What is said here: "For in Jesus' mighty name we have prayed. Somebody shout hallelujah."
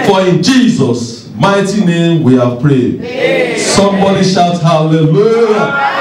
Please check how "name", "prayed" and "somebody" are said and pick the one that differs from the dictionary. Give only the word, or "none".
none